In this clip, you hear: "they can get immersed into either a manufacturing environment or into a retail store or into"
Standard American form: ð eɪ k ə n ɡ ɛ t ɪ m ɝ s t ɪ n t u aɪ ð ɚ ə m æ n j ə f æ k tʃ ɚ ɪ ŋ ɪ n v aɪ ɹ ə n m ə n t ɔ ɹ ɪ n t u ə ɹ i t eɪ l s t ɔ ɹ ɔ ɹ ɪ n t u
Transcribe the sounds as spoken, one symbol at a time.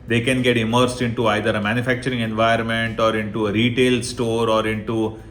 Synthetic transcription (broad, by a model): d eɪ k ə n ɡ ɛ t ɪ m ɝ s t ɪ n t u aɪ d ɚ ə m æ n j ə f æ k tʃ ɚ ɪ ŋ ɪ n v aɪ ə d m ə n t ɔ ɹ ɪ n t u ə ɹ i t eɪ l s t ɔ ɹ ɔ ɹ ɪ n t u